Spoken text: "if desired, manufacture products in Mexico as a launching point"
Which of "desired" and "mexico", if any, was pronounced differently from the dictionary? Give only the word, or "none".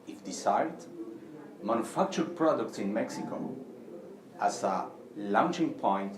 desired